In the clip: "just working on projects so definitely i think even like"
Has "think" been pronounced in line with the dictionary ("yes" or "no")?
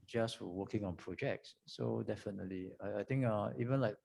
no